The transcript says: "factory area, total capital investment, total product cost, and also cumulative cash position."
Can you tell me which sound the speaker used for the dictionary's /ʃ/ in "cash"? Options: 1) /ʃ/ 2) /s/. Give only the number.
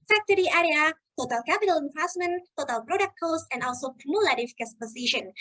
2